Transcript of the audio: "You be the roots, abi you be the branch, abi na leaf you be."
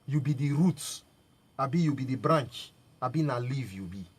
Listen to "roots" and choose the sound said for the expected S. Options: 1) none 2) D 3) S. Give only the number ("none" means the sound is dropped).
1